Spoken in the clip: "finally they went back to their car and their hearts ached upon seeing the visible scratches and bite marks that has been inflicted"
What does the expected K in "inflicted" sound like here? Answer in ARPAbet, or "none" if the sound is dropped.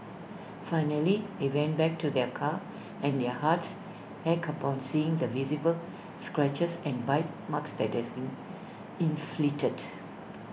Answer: none